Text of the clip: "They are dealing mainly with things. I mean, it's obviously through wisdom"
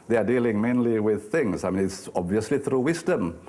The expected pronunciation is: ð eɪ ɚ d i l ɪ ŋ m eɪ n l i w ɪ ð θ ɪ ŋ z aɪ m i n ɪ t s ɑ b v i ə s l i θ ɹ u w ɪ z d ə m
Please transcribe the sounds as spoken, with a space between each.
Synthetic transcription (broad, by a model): ð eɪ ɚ d i l ɪ ŋ m eɪ n l i w ɪ ð θ ɪ ŋ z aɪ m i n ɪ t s ɑ b v i ə s l i θ ɹ u w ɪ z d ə m